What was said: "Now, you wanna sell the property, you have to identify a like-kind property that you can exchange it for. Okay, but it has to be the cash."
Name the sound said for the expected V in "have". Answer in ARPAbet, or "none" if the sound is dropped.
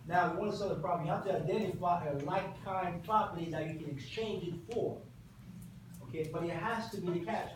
F